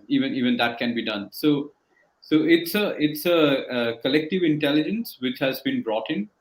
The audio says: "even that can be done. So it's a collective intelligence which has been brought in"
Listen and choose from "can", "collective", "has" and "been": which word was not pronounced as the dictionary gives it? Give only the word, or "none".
none